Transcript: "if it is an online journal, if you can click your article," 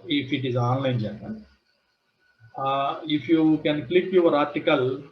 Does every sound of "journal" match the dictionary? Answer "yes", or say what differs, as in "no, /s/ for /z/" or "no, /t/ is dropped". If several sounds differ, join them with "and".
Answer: no, /n/ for /l/